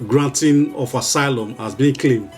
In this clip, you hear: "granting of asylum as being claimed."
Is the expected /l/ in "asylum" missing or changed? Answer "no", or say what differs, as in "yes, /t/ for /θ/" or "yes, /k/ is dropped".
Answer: no